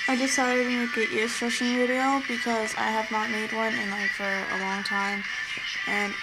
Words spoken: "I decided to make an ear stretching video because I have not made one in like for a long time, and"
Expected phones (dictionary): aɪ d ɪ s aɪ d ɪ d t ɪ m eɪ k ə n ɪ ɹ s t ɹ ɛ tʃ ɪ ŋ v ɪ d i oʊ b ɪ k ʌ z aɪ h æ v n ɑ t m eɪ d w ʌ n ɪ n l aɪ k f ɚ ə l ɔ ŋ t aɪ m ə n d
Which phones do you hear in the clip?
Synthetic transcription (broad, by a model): aɪ d ɪ s aɪ d ɪ d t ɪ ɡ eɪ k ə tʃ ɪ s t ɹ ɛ ʃ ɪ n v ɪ d i oʊ b ɪ k ʌ z aɪ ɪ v n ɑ t m eɪ d w ʌ n ɪ n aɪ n f ɚ ə l ɔ ŋ t aɪ m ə n